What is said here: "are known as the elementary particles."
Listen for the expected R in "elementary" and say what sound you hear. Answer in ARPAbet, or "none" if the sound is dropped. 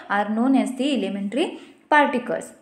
R